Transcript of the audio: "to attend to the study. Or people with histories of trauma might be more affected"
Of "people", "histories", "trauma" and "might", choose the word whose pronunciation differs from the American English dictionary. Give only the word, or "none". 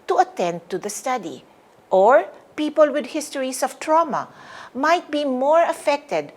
histories